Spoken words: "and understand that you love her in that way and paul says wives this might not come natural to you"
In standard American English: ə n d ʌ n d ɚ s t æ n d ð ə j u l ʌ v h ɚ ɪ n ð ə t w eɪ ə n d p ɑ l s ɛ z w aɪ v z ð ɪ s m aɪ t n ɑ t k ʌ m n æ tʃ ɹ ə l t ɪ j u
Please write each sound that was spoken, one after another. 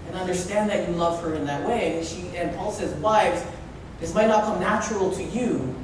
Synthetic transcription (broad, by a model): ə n ʌ n d ɚ s t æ n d ð ə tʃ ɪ l ʌ v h ɚ ɪ n ð ə t w eɪ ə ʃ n p ɑ l s ɛ z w aɪ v ð ɪ s m aɪ t n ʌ t k ʌ m n æ tʃ ɹ l t ɪ j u